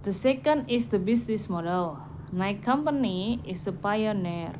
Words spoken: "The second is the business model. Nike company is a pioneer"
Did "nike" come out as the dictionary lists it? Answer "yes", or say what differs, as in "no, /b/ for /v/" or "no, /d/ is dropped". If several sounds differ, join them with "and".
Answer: yes